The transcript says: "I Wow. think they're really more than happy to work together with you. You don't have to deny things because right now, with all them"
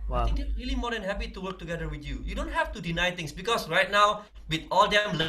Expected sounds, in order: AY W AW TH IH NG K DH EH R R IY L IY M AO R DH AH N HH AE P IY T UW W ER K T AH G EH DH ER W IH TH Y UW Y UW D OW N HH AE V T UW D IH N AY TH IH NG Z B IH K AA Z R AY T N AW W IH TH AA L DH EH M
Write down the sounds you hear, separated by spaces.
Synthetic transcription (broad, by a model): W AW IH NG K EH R R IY L IY M AO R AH N HH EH P IY T UW W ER K T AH G EH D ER W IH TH Y UW Y UW D OW N HH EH F T UW D IH N AY T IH NG S B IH K AA S R AY T N AW W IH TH AA L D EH M